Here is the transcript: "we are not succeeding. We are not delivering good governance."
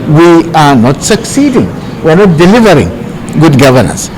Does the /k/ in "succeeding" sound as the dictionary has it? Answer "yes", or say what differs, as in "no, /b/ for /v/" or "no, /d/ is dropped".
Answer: yes